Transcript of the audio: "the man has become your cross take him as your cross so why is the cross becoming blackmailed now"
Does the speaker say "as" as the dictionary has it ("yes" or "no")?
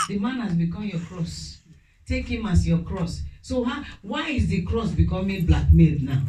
no